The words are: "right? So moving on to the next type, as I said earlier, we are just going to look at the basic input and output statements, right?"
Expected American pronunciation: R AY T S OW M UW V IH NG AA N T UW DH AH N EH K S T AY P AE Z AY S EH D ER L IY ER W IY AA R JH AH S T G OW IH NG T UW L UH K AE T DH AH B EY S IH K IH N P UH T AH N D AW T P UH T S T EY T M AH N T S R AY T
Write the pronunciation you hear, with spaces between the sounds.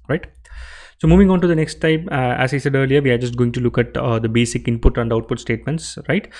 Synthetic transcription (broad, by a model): R AY T S OW M UW V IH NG AA N T UW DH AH N EH K S T AY P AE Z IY S EH D ER L IY ER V IY AA R JH AH S T G OW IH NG T UW L UH K AE T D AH B EY S IH K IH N P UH T AH N D AW T P UH T S T EY T M AH N T S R AY T